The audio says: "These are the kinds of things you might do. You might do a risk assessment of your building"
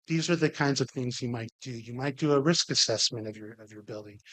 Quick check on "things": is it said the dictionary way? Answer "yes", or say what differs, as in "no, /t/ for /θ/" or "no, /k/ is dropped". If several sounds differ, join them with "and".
yes